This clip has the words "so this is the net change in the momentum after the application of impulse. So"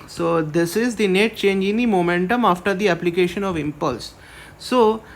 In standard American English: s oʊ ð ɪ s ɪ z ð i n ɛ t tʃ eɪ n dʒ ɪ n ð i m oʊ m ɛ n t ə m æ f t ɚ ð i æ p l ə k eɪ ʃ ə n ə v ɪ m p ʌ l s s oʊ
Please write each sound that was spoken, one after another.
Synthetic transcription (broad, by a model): s oʊ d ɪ s ɪ z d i n ɛ t tʃ eɪ n dʒ ɪ n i m oʊ m ɛ n t ə m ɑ f t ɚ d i æ p l ə k eɪ ʃ ə n ə v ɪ m p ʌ l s s oʊ